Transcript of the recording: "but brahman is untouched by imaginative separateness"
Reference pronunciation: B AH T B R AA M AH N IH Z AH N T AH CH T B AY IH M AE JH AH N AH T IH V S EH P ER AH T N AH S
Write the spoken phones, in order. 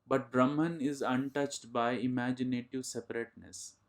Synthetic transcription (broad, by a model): B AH T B R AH M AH N IH Z AH N T AH CH T B AY IH M AE JH AH N AH T IH V S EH P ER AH T N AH S